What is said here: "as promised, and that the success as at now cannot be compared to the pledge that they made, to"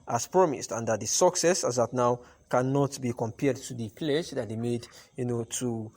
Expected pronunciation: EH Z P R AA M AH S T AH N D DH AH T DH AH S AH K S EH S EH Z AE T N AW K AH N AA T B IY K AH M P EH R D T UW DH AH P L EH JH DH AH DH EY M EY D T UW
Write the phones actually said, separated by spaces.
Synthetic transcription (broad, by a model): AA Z P R AA M AH S T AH N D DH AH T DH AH S AH K S EH S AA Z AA T N AW K AH N AA T B IY K AH M P EH R D T UW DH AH P L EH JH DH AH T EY M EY D T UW